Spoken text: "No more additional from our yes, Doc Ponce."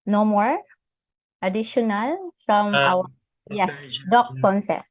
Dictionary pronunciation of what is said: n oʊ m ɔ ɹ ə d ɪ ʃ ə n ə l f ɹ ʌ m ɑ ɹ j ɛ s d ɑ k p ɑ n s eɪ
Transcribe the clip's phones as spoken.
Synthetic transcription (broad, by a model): n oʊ m ɔ ɹ ə d ɪ ʃ ə n ə l f ɹ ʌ m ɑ w j ɛ s d ɑ k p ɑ n s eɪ